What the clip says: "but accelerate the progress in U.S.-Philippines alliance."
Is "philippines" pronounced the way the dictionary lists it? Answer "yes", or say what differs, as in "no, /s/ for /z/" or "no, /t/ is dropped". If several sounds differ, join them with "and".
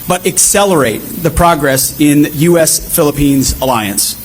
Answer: yes